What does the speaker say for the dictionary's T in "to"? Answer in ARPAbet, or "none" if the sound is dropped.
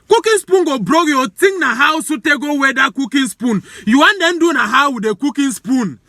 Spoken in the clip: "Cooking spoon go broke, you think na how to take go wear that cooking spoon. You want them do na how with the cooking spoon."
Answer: S